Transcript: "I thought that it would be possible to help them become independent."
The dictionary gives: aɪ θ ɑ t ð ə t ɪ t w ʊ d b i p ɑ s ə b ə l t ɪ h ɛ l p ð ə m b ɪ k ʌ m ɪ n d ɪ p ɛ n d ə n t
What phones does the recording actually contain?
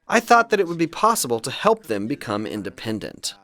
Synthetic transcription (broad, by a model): aɪ θ ɑ t ð ə t ɪ t w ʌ d b i p ɑ s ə b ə l t ɪ h ɛ l p ð ə m b ɪ k ʌ m ɪ n d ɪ p ɛ n d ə n t